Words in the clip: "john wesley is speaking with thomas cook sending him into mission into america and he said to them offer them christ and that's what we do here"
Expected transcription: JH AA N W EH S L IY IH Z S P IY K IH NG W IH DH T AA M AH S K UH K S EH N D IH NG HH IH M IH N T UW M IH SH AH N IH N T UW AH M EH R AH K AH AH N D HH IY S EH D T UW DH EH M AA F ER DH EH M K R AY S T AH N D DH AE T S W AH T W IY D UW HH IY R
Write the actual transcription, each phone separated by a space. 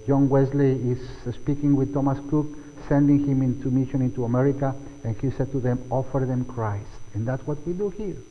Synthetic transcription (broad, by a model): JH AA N W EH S L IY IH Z S P IY K IH NG W IH DH T AA M AH S K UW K S EH N D IH NG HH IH M IH N T UW M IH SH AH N IH N T UW AH M EH R AH K AH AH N HH IY S EH D T UW DH EH M AA F ER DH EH M K R AY S T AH N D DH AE T S W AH T W IY D UW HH IY R